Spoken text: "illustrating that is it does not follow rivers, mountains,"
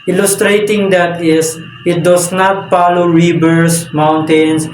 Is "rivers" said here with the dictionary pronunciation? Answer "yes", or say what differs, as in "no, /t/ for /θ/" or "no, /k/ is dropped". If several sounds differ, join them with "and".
no, /b/ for /v/ and /s/ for /z/